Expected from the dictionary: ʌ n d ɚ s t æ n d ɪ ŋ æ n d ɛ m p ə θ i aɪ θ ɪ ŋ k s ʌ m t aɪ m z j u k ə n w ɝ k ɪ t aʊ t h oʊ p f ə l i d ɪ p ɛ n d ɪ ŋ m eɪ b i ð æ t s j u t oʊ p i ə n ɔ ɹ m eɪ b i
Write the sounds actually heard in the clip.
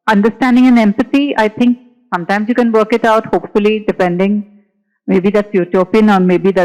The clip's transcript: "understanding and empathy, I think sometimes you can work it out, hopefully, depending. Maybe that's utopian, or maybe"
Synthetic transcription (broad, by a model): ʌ n d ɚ s t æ n d ɪ ŋ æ n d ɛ m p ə s i aɪ t ɪ ŋ k s ʌ m t aɪ m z j u k ə n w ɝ k ɪ t aʊ t h oʊ p f ə l i d ɪ p ɛ n d ɪ ŋ m eɪ b i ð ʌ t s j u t oʊ p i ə n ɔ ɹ m eɪ b i